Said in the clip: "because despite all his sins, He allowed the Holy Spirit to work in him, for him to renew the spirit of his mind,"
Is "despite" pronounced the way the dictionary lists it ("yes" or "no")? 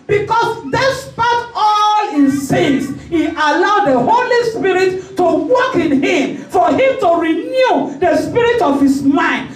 yes